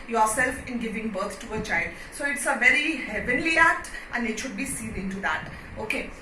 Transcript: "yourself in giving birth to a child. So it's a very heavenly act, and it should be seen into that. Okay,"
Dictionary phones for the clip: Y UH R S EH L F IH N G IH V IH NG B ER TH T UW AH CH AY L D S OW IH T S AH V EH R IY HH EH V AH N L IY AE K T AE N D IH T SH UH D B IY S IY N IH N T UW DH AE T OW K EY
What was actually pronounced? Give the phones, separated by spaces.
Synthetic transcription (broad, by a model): Y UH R S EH L F IH N G IH V IH NG B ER T T UW AH CH AY L D S OW IH T S AH V EH R IY HH EH V AH N L IY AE K T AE N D IH T SH UH D B IY S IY L IH N T UW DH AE T OW K EY